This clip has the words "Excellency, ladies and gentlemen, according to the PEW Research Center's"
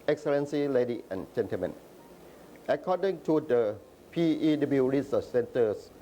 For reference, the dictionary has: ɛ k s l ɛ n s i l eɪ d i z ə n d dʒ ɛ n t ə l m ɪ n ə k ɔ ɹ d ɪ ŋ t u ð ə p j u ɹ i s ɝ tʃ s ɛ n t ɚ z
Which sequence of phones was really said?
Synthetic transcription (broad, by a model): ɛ k s l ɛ n s i l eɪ d i ə n dʒ ɛ n t ə l m ɪ n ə k ɔ d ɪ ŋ t u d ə p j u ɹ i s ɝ s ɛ n t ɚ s